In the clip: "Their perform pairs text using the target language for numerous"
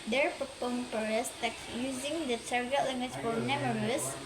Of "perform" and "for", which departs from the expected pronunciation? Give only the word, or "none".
perform